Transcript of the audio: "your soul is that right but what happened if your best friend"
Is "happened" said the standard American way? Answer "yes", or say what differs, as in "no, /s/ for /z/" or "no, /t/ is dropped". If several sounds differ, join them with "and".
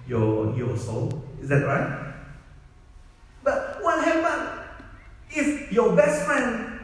no, /d/ is dropped